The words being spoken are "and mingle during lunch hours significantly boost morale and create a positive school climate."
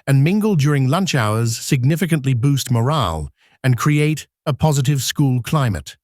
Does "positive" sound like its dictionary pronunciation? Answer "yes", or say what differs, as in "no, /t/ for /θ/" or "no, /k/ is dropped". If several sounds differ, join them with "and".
yes